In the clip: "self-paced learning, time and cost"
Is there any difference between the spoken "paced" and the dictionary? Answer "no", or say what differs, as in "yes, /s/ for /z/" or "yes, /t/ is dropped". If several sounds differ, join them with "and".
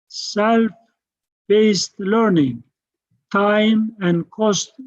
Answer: yes, /b/ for /p/